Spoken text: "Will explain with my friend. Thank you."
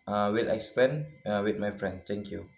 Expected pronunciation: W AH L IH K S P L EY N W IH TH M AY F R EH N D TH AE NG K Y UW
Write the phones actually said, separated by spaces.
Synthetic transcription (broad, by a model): W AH L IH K S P EY N W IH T M AY F R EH N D T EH NG K Y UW